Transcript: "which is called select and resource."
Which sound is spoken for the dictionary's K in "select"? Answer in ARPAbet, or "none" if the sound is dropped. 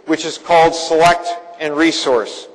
K